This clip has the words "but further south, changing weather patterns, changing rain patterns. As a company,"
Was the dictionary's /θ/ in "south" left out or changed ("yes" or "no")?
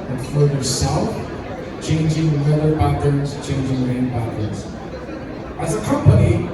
yes